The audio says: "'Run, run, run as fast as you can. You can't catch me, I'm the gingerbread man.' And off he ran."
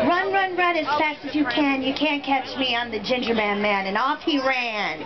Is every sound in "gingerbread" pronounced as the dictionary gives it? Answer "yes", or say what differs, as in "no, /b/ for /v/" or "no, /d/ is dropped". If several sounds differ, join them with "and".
no, /ɹ/ is dropped